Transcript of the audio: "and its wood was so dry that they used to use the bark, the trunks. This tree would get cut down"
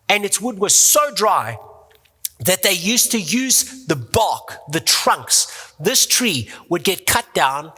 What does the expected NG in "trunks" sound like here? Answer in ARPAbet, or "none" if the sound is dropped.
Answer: NG